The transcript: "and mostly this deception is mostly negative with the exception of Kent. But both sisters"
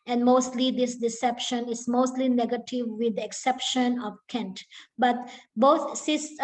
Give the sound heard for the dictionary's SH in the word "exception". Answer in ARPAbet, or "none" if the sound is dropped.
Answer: SH